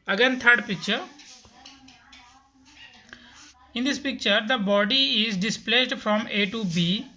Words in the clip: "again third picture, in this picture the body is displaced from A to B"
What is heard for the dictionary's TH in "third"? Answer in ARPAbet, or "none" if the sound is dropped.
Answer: T